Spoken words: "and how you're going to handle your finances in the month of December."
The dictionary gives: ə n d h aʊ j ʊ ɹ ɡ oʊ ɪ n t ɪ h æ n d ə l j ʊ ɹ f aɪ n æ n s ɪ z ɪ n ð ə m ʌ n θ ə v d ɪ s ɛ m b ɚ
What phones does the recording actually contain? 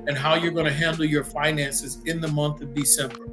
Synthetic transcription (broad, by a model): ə n h aʊ j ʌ ɹ ɡ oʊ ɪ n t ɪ h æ n d l j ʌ ɹ f aɪ n æ n s ɪ z ɪ n ð ə m ʌ n θ ə v d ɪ s ɛ m b ɚ